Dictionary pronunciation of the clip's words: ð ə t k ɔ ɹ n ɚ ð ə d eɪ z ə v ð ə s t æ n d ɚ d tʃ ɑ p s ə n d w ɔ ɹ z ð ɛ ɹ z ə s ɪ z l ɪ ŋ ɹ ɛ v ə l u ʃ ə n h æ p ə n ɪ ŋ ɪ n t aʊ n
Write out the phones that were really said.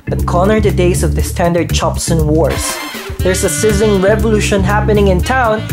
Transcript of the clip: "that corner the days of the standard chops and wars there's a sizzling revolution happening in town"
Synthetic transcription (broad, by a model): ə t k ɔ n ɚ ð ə d eɪ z ə v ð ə s t æ n d ɚ d tʃ ɑ p s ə n w ɔ ɹ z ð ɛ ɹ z ə s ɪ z ɪ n ɹ ɛ v ə l u ʃ ə n h æ p ə n ɪ ŋ ɪ n t aʊ n